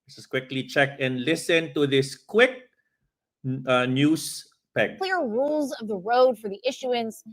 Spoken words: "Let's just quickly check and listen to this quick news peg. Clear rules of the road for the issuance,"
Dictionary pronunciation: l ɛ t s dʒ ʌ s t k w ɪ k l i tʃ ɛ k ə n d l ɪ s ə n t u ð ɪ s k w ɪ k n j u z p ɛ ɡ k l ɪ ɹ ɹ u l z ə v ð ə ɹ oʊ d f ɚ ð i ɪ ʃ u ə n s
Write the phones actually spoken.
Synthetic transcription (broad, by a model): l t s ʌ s k w ɪ k l i tʃ ɛ k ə n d l ɪ s ə n t u ð ɪ s k w ɪ k n j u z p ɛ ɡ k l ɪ ɹ ɹ u l z ə v ð ə ɹ oʊ d f ɚ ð i ɪ ʃ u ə n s